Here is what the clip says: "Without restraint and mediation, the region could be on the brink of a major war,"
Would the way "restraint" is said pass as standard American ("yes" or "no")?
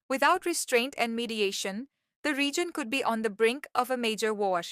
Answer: yes